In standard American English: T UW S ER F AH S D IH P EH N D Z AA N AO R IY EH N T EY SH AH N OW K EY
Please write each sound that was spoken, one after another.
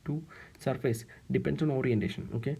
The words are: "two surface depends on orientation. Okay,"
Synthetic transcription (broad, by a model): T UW S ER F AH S D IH P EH N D S AA N AO R IY EH N T EY SH AH N OW K EY